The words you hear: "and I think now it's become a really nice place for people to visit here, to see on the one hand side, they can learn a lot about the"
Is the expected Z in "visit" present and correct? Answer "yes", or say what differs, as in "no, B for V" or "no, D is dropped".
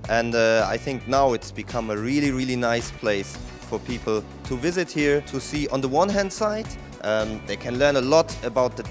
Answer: yes